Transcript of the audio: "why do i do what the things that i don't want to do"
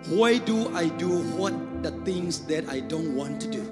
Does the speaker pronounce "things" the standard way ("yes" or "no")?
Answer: no